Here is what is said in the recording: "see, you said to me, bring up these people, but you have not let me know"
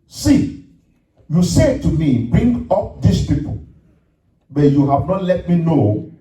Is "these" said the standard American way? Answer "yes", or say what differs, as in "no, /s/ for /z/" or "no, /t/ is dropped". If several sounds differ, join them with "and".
no, /s/ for /z/